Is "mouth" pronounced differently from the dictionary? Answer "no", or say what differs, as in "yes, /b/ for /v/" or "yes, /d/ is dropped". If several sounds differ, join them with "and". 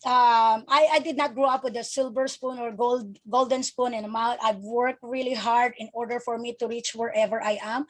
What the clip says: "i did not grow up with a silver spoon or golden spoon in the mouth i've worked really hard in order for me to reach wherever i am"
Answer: yes, /t/ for /θ/